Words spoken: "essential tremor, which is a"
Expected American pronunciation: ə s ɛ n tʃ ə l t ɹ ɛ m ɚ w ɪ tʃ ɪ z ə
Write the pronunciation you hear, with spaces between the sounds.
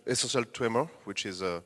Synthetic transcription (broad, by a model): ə s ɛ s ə l t w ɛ m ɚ w ɪ tʃ ɪ z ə